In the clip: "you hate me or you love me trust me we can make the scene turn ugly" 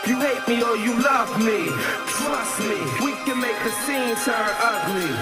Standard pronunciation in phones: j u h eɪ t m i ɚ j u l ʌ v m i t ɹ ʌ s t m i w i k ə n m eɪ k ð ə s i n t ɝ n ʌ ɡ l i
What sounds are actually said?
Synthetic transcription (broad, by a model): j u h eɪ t m i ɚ j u l ʌ v m i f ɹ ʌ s m i w i k ə n m eɪ k ð ə s i n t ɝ ʌ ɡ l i